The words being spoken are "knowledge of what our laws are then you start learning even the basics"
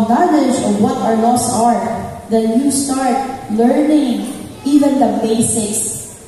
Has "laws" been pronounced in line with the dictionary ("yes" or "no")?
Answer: no